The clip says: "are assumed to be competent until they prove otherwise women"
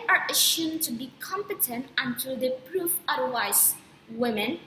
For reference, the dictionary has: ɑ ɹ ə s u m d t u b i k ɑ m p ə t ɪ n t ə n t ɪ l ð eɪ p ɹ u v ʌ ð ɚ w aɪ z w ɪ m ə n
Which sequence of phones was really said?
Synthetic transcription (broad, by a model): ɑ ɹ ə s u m t u b i k ɑ m p ə t ɪ n t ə n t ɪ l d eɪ p ɹ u f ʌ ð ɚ w aɪ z w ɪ m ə n